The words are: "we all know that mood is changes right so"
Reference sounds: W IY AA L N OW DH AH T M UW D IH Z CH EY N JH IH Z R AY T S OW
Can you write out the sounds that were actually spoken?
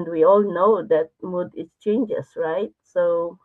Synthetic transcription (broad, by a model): W IY AA L N OW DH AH T M UW D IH S CH EY N JH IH S R AY T S OW